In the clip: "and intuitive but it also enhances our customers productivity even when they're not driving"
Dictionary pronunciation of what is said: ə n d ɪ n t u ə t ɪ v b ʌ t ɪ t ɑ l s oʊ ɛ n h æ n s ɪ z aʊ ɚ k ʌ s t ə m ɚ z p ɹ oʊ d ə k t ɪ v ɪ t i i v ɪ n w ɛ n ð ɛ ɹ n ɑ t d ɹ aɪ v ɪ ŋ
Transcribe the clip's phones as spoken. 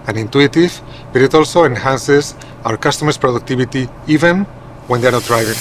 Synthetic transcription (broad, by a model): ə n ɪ n t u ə t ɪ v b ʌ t ɪ t ɑ l s oʊ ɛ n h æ n s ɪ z aʊ ɚ k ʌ s t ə m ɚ s p ɹ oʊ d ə k t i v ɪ t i i v ɪ n w ɛ n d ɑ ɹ n ɑ t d ɹ aɪ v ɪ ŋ